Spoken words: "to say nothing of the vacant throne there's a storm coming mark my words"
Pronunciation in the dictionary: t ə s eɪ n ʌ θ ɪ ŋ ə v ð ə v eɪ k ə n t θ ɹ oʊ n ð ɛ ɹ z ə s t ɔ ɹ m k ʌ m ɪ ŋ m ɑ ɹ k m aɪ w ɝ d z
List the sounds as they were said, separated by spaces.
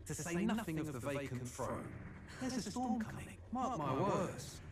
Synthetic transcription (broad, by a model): t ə s eɪ n ʌ θ ɪ ŋ ə v ð ə v eɪ k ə n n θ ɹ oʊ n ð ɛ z ə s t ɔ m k ʌ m ɪ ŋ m ɑ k m aɪ w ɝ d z